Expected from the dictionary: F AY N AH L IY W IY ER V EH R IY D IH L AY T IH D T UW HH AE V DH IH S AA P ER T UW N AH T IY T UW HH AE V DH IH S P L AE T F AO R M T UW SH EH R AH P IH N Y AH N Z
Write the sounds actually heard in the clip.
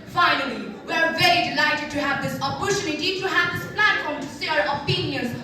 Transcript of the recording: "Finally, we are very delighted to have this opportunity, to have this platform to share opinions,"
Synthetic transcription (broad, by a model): F AY N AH L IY W IY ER V EH R IY D IH L AY T IH D T UW HH AE V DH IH S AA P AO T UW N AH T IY T UW HH AE V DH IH S P L AE T F AO R M T UW S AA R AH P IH N Y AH N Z